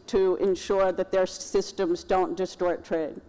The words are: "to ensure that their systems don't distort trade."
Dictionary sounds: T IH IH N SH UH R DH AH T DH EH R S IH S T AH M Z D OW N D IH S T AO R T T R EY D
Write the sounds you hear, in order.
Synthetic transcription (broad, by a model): T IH IH N SH UH R DH AH T DH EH R S IH S T AH M Z D OW N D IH S T AO R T T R EY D